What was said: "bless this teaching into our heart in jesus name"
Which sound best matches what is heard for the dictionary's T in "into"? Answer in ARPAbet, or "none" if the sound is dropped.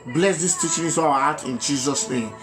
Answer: S